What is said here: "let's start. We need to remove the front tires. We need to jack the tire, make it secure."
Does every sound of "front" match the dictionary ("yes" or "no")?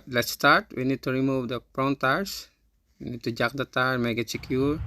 no